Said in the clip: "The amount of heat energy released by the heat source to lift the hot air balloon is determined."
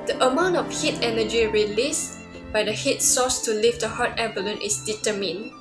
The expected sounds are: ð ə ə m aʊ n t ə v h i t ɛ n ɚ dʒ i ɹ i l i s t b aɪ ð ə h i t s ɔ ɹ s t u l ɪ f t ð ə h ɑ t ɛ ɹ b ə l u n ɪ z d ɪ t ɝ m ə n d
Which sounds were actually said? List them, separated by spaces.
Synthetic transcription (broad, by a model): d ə ə m aʊ n t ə f h i t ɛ n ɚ dʒ i ɹ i l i s b aɪ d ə h i t s ɔ s t u l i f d ə h ɑ t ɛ b ə l u n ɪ s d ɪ t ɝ m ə n